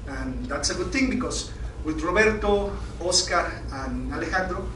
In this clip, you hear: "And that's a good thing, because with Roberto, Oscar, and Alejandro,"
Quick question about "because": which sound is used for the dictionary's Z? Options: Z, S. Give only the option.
S